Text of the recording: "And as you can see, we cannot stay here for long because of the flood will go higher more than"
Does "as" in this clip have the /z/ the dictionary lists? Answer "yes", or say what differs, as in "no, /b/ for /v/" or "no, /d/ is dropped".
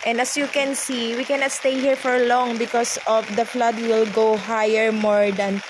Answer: no, /s/ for /z/